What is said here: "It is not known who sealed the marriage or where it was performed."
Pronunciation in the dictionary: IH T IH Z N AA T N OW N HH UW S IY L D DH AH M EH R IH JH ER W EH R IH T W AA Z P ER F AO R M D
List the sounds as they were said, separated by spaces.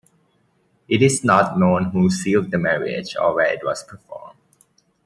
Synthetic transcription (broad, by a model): IH T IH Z N AA T N OW N HH UW S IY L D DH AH M EH R IH JH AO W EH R IH T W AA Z P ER F AO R M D